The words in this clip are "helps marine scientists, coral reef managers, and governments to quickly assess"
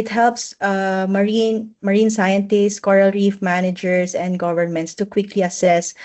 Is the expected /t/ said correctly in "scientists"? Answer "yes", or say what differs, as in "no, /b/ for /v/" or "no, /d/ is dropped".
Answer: yes